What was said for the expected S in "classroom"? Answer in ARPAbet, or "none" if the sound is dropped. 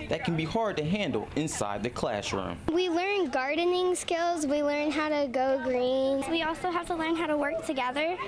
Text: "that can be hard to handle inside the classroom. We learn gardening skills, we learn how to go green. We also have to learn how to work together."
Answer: SH